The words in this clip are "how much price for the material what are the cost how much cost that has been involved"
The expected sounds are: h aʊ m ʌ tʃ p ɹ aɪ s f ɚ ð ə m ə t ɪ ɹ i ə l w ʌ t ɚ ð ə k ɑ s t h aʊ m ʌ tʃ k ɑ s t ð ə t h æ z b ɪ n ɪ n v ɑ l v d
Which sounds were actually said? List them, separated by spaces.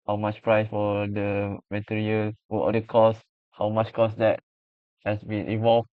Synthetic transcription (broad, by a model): h aʊ m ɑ tʃ p ɹ aɪ s f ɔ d ə m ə t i ɹ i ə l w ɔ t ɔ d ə k ɑ s h aʊ m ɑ tʃ k ɑ s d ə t h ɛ s b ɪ n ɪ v ɑ l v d